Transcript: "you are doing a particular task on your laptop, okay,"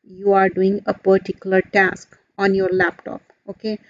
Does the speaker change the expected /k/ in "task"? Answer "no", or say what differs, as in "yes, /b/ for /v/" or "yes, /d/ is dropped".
no